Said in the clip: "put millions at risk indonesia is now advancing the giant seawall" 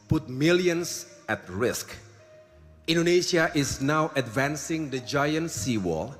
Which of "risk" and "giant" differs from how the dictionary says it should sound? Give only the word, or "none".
none